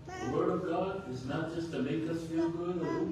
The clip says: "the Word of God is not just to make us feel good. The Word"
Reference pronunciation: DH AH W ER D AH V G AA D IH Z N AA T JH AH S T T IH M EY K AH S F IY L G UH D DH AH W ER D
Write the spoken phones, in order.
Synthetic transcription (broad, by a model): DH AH W ER D AH V G AA D IH Z N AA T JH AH S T T IH M EY K AH S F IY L G UH D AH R